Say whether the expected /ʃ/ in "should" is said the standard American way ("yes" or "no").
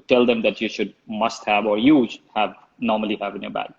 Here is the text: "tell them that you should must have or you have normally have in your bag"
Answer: yes